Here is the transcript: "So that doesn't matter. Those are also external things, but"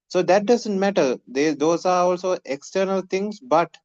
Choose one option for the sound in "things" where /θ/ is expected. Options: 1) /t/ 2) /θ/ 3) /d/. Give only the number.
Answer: 1